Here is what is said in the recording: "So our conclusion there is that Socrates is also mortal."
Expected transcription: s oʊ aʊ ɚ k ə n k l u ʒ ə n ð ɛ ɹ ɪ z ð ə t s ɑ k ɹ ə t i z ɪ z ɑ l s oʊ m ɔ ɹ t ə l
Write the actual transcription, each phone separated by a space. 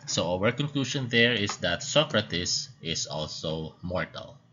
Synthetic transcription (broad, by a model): s oʊ aʊ ɚ k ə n k l u ʃ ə n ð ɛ ɹ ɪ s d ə t s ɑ k ɹ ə t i s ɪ s ɑ l s oʊ m ɔ ɹ t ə l